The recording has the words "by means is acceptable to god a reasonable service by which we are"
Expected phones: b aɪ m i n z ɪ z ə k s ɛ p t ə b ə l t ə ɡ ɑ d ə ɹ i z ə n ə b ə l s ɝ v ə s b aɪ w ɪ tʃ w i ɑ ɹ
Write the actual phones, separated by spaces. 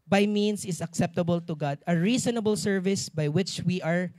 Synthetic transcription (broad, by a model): b aɪ m i n s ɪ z ə k s ɛ p t ə b ə l t ə ɡ ɑ d ə ɹ i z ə n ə b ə l s ɝ v ə s b aɪ w ɪ tʃ w i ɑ ɹ